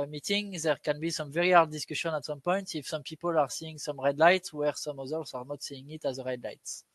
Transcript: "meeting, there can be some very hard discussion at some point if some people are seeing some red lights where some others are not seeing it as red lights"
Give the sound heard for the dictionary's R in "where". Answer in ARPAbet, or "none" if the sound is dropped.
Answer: R